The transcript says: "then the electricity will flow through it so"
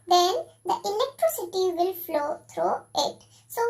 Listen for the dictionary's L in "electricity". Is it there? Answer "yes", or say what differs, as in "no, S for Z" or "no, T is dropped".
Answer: no, N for L